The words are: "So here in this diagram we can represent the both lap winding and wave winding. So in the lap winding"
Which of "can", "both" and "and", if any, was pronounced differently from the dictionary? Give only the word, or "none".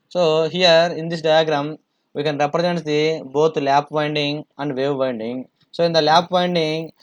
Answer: both